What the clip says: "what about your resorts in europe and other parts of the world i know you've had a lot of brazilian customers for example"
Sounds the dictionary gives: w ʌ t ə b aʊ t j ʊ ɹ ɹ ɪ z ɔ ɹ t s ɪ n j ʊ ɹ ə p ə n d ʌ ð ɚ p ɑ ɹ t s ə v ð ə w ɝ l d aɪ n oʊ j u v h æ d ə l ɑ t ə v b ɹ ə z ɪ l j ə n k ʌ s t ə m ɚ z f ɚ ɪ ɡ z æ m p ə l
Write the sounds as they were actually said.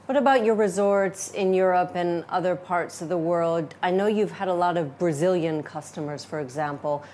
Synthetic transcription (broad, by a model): w ʌ t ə b aʊ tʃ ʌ ɹ ɹ ɪ z ɔ ɹ t s ɪ n j ʊ ɹ ə p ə n ʌ ð ɚ p ɑ ɹ t s ə v ð ə w ɝ l d aɪ n oʊ j u v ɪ d ə l ɑ t ə v b ɹ ə z ɪ l j ə n k ʌ s t ə m ɚ z f ɚ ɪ ɡ z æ m p l